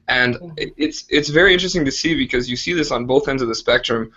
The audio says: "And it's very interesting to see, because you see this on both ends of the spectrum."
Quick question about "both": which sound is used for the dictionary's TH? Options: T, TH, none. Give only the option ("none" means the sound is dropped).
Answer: TH